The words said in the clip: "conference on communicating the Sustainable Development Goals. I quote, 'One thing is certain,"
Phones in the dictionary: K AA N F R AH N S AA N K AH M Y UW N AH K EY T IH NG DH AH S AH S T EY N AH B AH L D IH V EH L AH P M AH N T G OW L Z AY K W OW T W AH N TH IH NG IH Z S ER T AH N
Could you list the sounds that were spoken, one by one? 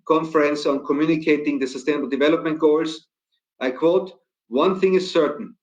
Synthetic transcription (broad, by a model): K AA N F R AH N S AA N K AH M Y UW N AH K EY T IH NG DH AH S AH S T EY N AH B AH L D IH V EH L AH P M AH N T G OW L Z AY K W OW T W AH N TH IH NG IH Z S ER T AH N